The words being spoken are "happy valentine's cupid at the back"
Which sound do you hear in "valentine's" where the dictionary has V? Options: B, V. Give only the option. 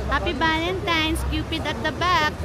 B